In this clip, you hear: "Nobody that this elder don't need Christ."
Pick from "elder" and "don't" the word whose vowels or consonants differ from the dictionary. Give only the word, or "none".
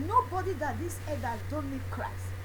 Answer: elder